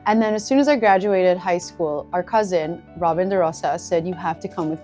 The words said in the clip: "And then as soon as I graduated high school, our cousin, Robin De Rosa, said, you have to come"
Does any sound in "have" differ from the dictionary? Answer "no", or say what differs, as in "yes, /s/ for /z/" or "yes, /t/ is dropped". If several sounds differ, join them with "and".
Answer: yes, /f/ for /v/